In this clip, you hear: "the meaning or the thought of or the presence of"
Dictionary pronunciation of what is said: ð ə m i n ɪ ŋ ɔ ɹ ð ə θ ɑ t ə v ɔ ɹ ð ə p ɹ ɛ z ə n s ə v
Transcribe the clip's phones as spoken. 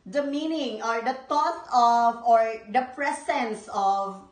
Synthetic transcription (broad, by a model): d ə m i n ɪ ŋ ɔ ɹ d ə t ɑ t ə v ɔ ɹ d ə p ɹ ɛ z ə n s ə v